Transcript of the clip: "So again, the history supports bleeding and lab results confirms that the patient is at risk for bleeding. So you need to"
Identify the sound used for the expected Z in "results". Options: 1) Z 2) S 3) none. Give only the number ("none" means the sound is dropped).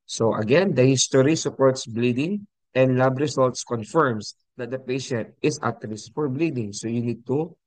2